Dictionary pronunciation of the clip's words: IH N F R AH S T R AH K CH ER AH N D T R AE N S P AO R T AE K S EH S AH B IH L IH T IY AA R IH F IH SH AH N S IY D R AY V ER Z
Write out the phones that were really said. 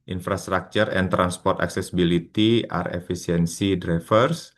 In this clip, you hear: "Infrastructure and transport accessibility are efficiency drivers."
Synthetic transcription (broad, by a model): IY N F R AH S T R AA K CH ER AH N T R AE N S P AO R T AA K S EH S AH B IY L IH T IY AA R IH F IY S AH N S IY D R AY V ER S